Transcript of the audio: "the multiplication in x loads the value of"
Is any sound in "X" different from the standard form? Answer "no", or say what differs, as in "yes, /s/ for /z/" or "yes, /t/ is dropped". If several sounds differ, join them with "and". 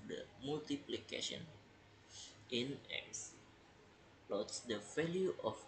yes, /k/ is dropped